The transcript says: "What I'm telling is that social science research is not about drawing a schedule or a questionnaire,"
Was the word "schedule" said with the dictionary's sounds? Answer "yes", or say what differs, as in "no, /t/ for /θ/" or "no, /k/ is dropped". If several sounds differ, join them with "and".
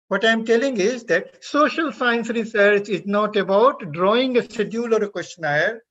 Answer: no, /k/ is dropped